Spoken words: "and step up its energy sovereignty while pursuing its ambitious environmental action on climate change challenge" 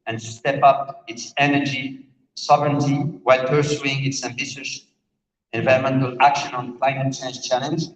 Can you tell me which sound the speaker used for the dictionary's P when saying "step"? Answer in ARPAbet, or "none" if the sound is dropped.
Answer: P